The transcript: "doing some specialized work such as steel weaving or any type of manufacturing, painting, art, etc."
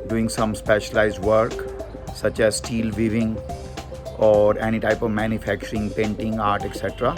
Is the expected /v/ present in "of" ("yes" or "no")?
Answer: yes